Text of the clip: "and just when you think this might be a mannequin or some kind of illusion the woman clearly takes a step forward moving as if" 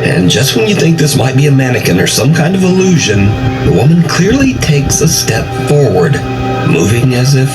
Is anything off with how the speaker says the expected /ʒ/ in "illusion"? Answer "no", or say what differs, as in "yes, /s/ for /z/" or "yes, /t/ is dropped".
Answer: no